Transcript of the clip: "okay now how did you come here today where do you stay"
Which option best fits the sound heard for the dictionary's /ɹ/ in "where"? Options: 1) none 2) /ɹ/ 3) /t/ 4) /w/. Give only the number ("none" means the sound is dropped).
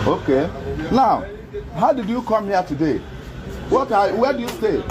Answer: 4